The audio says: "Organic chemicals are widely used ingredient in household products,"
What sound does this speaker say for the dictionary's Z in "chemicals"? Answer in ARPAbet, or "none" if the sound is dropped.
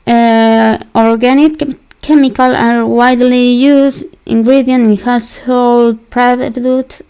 none